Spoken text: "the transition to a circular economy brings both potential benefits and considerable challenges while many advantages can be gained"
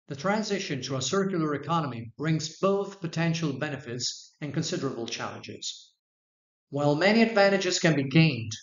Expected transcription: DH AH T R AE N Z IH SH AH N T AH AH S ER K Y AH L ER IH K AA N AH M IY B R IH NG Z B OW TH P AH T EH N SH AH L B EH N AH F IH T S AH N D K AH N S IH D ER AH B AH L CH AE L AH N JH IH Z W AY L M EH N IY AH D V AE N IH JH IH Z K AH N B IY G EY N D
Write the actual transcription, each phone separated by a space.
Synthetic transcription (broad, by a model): DH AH T R AE N Z IH SH AH N T AH AH S ER K Y L ER IH K AA N AH M IY B R IH NG Z B OW TH P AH T EH N SH L B EH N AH F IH T S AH N K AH N S IH D ER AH B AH L CH AE L AH N JH IH Z W AY L M EH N IY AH D V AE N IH JH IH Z K AH N B IY G EY N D